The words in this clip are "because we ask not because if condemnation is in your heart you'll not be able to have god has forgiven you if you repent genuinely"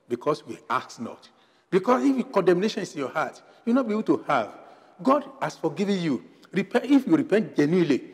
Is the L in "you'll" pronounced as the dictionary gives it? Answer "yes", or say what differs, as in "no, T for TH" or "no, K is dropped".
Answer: no, W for L